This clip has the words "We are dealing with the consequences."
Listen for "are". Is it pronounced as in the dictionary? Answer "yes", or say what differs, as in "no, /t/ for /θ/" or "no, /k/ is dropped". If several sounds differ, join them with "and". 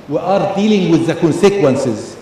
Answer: yes